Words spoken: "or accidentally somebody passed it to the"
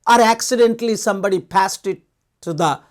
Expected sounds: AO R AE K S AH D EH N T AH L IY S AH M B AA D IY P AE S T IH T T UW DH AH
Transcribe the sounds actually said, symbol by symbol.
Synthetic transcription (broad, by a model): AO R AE K S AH D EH N T L IY S AH M B AA D IY P AE S T IH T T UW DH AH